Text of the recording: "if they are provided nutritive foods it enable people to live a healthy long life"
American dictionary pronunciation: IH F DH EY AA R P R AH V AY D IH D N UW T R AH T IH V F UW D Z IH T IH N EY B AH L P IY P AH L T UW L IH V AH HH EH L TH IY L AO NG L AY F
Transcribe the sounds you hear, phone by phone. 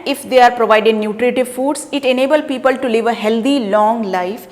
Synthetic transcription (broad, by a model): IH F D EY AA R P R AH V AY D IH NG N UW T R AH T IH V F UW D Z IH T IH N EY B AH L P IY P AH L T UW L IH V AH HH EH L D IY L AO NG L AY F